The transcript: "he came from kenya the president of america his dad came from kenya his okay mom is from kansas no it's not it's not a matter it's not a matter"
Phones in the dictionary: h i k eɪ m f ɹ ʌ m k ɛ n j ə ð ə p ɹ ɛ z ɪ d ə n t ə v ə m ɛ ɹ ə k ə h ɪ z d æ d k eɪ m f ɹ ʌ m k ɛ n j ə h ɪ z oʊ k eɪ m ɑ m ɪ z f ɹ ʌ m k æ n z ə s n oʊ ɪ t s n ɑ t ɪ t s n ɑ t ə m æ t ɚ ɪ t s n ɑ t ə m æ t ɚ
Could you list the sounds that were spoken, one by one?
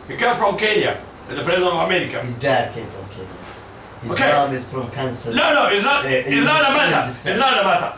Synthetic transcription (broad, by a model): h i k eɪ m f ɹ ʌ m k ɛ n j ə ð ə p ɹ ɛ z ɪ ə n ə v ə m ɛ ɹ ə k ə h ɪ z d æ d k eɪ m f ɹ ʌ m k ɛ n j ə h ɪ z oʊ k eɪ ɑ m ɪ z f ɹ ʌ m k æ n s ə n n oʊ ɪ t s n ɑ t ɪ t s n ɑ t ə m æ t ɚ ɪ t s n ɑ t ə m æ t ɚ